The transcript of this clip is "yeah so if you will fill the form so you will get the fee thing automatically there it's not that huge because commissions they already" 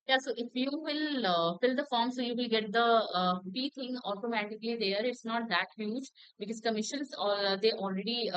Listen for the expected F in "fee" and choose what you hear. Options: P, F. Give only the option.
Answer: P